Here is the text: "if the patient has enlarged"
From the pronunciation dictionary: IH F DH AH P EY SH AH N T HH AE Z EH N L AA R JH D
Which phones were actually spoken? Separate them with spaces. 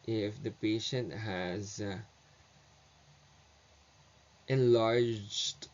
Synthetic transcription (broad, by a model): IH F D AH P EY SH AH N T HH AE Z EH N L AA R JH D